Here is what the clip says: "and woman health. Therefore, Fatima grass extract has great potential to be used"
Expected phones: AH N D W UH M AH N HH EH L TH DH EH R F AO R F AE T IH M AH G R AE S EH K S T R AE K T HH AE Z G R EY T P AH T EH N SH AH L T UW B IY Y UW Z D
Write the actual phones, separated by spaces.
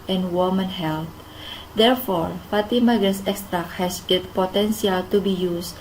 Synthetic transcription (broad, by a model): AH N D W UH M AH N HH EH L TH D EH R F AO R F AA T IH M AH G AH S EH K S T R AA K HH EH S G EY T P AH T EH N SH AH L T UW B IY Y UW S